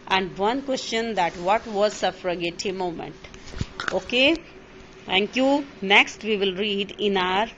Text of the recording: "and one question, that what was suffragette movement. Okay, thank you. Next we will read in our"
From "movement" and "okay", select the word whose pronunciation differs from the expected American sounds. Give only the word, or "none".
movement